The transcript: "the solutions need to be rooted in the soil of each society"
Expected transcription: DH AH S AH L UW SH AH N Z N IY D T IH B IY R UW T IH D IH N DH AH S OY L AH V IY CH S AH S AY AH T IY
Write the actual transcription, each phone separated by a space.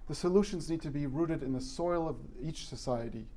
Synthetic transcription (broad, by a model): DH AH S AH L UW SH AH N Z N IY D T IH B IY R UW T IH D IH N DH AH S OY L AH V IY CH S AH S AY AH T IY